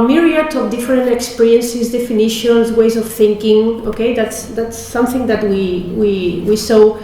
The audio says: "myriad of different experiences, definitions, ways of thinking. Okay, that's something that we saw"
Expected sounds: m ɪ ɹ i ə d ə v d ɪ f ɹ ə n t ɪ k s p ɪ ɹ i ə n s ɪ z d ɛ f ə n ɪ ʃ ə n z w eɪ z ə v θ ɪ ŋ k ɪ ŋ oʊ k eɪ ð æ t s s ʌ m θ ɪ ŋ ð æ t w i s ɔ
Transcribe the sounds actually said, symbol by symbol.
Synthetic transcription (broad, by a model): m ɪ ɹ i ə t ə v d ɪ f ɹ ə n t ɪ k s p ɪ ɹ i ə n s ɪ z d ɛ f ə n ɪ ʃ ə n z w eɪ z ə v θ ɪ ŋ k ɪ ŋ oʊ k eɪ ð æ t s s ʌ m θ ɪ ŋ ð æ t w i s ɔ